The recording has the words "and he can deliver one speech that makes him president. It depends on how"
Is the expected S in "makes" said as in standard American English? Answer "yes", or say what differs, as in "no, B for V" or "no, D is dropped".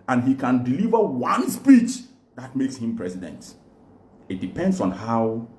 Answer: yes